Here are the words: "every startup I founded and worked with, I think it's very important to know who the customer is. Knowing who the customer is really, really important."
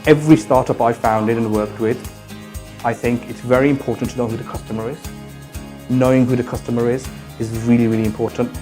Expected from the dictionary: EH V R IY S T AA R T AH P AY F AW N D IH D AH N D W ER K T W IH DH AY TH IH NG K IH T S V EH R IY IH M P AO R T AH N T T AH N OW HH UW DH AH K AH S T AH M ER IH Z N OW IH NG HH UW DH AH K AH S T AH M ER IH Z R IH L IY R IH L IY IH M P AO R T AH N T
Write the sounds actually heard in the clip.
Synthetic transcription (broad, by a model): EH V R IY S T AA R T AH P AY F AW N D IH D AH N W ER K T W IH DH AY TH IH NG K IH T S V EH R IY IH M P AO R T N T T AH N OW HH UW DH AH K AH S T AH M ER IH Z N OW IH NG HH UW DH AH K AH S T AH M ER IH Z R IH L IY R IH L IY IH M P AO R T N T